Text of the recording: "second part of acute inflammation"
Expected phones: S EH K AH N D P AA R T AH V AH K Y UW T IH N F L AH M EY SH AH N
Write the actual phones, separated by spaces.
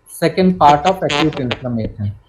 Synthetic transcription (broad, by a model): S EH K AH N D P AA R T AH P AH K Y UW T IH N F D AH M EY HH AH